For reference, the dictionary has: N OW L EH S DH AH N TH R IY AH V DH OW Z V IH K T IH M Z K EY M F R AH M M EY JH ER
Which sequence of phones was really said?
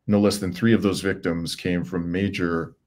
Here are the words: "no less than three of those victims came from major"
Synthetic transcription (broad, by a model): N OW L EH S DH AH N TH R IY AH V DH OW Z V IH K T IH M Z K EY M F R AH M M EY JH ER